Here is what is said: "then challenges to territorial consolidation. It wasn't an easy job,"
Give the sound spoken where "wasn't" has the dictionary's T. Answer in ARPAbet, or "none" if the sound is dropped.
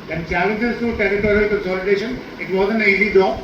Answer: none